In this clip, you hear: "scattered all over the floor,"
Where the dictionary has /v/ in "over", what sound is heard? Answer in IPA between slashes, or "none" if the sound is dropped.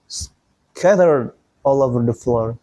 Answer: /v/